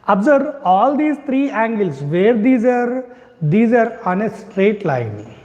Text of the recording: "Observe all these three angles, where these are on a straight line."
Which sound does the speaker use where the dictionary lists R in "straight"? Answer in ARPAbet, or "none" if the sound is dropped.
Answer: R